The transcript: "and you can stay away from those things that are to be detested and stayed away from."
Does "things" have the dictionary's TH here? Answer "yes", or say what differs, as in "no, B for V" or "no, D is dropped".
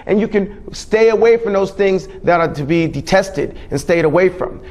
yes